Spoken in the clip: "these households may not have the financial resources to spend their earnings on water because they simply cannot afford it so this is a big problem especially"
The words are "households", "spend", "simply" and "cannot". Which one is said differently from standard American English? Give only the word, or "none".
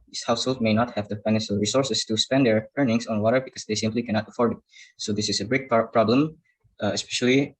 households